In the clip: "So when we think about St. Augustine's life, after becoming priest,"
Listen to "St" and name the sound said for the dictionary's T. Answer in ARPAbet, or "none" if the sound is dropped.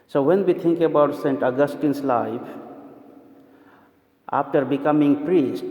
T